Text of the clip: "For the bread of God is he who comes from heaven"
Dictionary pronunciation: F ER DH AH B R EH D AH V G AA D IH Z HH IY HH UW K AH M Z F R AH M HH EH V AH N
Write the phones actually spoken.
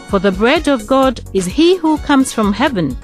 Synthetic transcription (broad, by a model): F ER DH AH B R EH D AH V G AA D IH Z HH IY HH UW K AH M Z F R AH M HH EH V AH N